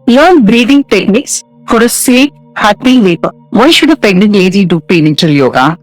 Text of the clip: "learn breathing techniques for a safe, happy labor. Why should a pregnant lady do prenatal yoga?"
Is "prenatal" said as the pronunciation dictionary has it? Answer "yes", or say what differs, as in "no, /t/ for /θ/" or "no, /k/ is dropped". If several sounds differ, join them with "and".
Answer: no, /ɹ/ is dropped